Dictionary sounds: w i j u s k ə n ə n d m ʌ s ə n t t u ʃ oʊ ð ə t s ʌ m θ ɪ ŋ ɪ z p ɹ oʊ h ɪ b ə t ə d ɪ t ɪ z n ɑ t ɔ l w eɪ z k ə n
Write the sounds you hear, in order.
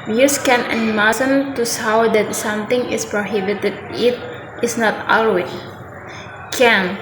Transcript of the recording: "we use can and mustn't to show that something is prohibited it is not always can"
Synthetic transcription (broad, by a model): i j u s k ə n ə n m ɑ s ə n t t u s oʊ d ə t s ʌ m t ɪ ŋ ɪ s p ɹ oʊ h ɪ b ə t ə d ɪ t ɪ s n ɑ t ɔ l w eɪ k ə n